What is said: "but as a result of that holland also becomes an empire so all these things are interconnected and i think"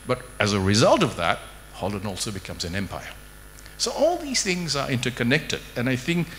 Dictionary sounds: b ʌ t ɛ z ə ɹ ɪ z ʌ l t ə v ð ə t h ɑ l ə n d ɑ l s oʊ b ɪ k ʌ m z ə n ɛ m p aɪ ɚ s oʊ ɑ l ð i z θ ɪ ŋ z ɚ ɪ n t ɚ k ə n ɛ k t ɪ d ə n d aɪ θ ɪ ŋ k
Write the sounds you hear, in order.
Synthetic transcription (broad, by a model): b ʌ t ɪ z ə ɹ ɪ z ʌ l t ə v ð ə t h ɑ l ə n ɑ l s oʊ b ɪ k ʌ m z ə n ɛ m p aɪ ɚ s oʊ ɑ l ð i z θ ɪ ŋ z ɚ ɪ n t ɚ k ə n ɛ k t ɪ d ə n aɪ θ ɪ ŋ k